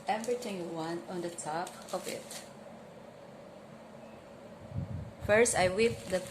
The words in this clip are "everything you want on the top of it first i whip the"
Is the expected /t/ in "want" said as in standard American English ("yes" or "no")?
no